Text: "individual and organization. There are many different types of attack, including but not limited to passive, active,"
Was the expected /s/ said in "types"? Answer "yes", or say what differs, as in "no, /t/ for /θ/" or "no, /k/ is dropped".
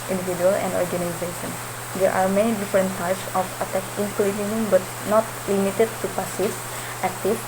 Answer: yes